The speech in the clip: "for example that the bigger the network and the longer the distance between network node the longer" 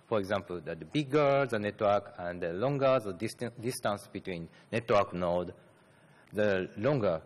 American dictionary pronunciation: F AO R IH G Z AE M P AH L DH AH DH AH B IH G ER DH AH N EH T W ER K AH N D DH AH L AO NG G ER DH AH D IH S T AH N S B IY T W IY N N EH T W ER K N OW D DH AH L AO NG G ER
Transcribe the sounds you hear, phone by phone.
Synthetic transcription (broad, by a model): F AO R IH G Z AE M P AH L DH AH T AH B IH G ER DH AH N EH T W ER K AH N D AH L AO NG G ER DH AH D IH S T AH N S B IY T W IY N N EH T W ER K N OW D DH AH L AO NG G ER